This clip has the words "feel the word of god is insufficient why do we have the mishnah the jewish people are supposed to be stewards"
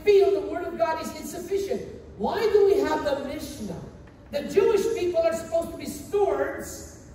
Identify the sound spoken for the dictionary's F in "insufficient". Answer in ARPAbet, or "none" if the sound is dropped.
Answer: F